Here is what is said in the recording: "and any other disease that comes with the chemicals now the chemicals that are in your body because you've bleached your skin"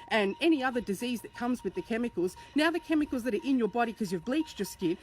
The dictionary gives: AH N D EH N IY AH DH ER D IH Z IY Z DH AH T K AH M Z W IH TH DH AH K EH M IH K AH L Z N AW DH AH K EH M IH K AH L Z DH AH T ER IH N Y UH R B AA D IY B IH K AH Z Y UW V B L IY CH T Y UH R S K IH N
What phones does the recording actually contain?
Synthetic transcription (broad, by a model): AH N EH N IY AH DH ER D IH Z IY Z DH AH T K AH M Z W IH DH AH K EH M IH K L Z N AW DH AH K EH M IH K L Z DH AH T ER IH N Y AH R B AA D IY K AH Z Y UW V B L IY CH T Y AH R S K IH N